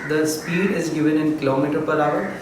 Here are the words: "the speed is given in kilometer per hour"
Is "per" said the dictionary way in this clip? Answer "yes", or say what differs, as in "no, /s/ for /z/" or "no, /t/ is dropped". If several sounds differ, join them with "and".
yes